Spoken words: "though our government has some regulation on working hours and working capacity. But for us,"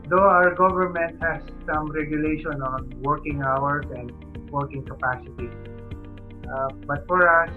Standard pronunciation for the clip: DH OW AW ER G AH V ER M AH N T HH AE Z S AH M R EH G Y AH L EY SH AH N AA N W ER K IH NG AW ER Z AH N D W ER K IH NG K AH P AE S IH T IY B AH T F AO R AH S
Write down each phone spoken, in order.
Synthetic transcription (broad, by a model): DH OW AW ER G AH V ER M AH N T HH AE S AH M R EH G Y AH L EY SH AH N AA N W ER K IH NG AW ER S AH N D W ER K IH NG K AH P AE S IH T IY B AH T F AO R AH S